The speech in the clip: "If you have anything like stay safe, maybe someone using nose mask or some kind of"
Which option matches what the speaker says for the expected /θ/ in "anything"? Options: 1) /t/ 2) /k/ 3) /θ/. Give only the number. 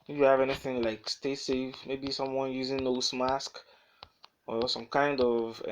3